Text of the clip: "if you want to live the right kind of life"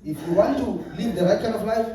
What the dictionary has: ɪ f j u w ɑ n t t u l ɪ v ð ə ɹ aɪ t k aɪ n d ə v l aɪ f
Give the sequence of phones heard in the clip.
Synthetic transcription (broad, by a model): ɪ f j u w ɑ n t t u l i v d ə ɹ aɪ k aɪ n ə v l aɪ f